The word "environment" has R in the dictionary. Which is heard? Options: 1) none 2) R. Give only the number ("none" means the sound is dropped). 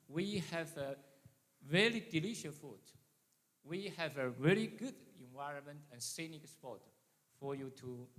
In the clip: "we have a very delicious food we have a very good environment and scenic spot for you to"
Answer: 2